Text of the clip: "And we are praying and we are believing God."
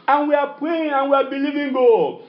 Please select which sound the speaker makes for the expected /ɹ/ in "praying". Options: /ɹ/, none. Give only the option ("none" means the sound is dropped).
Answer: none